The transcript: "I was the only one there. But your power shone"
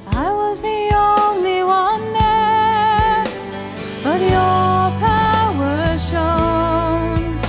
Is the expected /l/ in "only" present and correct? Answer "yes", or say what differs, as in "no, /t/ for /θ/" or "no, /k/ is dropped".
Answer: yes